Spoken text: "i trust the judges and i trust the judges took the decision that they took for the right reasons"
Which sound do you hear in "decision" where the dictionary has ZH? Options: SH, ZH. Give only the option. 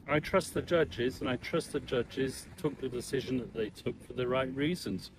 ZH